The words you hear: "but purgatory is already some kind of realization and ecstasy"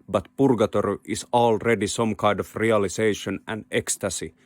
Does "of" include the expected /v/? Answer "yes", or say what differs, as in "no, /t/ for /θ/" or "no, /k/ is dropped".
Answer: no, /f/ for /v/